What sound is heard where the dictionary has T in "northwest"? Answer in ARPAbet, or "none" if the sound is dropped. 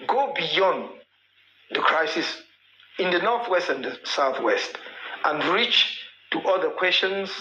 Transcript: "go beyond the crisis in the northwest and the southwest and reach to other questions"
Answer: T